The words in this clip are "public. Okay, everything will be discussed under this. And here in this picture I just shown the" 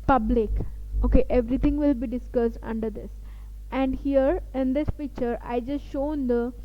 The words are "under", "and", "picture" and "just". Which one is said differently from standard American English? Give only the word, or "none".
picture